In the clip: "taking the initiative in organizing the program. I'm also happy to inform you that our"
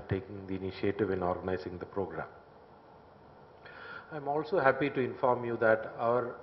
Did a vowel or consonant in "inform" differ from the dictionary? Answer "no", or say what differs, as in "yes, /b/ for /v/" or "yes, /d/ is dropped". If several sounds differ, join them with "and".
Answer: no